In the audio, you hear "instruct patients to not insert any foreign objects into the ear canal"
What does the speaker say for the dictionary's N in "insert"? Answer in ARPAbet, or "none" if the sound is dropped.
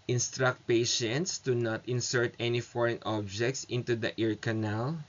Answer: N